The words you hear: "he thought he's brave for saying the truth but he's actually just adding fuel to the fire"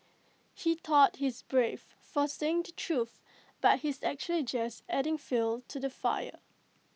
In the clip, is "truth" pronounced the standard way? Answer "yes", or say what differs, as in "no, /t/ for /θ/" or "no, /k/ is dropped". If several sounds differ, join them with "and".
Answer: yes